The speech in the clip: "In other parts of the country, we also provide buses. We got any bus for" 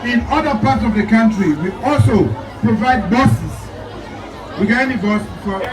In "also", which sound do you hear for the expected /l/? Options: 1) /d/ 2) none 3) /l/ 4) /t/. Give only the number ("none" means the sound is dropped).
3